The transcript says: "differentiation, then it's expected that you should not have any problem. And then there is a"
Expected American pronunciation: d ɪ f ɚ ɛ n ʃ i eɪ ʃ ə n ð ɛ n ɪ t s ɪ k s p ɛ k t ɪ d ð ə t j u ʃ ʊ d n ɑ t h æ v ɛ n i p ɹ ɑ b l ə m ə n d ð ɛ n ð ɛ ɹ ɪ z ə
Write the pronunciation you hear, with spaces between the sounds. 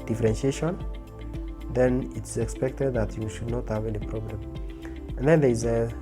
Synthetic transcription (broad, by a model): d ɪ f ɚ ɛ n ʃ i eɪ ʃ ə n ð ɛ n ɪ t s ɪ k s p ɛ k t ɪ d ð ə t j u ʃ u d n ɑ t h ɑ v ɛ l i p ɹ ɑ b l ə m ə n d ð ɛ n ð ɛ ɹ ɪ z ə